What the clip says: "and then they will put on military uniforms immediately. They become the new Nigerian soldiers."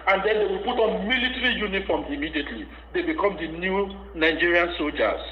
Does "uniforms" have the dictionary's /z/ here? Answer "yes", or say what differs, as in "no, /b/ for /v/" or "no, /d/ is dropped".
no, /z/ is dropped